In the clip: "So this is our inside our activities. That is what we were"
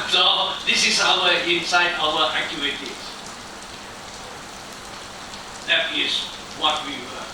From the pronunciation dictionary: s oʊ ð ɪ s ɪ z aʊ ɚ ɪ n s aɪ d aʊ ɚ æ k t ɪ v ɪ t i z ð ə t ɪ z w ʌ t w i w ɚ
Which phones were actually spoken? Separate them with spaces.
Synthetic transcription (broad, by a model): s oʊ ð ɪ s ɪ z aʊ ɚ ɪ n s aɪ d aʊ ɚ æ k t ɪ ɪ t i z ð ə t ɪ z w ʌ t w i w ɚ